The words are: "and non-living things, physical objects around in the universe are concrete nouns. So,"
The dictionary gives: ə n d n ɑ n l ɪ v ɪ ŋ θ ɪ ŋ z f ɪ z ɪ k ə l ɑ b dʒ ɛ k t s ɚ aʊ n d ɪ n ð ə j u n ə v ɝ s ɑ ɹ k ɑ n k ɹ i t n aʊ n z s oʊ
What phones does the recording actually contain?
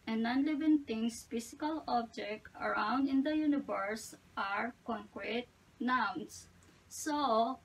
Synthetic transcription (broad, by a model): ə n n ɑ n l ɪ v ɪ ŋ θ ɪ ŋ s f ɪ s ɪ k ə l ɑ b dʒ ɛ k t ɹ aʊ n d ɪ n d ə j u n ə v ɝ s ɑ ɹ k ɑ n k ɹ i t n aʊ n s s oʊ